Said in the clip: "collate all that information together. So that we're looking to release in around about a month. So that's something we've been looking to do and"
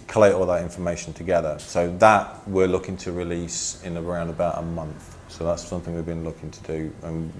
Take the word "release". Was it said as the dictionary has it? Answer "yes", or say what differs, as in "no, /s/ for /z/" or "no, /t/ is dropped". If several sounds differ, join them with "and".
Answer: yes